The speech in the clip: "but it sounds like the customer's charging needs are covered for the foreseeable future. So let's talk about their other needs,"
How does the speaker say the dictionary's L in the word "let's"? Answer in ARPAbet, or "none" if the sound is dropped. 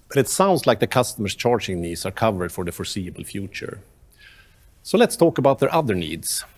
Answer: L